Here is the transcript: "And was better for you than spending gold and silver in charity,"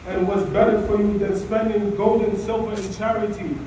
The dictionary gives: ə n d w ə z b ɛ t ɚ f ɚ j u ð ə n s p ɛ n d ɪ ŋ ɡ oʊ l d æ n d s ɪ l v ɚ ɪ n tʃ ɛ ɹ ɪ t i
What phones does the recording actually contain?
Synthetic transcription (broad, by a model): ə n w ə z b ɛ t ɚ f ɚ j u ð ə n s p ɛ n d ɪ ŋ ɡ oʊ l d n s ɪ l v ɚ ɪ n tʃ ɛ ɹ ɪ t i